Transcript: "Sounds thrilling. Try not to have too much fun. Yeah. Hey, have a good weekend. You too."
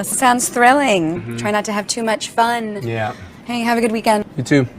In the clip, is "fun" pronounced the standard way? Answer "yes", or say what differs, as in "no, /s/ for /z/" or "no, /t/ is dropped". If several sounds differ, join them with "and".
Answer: yes